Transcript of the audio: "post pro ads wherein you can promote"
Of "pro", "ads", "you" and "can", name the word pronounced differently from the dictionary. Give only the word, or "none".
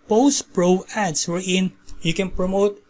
ads